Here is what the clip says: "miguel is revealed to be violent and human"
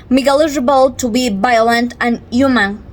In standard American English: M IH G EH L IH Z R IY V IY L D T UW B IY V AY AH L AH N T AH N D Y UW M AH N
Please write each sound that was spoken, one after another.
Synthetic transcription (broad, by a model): M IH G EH L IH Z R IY B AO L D T UW B IY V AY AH L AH N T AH N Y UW M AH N